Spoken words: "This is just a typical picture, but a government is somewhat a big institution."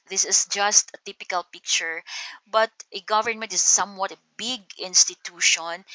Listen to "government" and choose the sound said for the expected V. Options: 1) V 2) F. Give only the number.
1